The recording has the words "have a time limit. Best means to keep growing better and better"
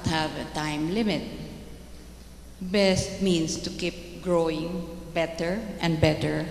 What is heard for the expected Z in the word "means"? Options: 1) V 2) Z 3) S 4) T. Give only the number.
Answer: 3